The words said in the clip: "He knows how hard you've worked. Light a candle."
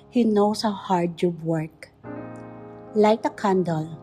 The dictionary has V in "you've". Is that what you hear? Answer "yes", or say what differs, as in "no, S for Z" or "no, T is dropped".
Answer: no, B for V